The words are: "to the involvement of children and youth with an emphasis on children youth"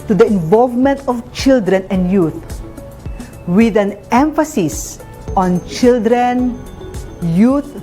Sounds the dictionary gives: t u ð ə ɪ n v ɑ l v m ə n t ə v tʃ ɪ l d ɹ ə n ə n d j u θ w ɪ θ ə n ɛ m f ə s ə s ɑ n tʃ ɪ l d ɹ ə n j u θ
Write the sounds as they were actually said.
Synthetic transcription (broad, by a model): t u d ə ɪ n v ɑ l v m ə n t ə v tʃ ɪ l d ɹ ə n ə n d j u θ w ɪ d ə n ɛ m f ə s ə s ɑ n tʃ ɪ l d ɹ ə n j u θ